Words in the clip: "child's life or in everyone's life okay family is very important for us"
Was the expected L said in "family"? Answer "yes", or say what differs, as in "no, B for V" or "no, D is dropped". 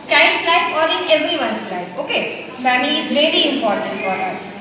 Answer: no, L is dropped